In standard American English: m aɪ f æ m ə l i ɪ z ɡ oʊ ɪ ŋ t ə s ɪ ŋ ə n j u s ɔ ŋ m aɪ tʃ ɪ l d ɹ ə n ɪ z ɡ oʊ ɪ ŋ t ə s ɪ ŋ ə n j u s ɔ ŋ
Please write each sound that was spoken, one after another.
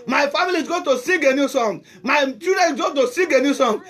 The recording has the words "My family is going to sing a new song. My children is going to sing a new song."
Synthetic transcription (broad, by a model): m aɪ f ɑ m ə l i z ɡ oʊ t ə s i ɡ ə n j u s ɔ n m aɪ tʃ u d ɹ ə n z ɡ oʊ t ə s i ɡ ə n j u s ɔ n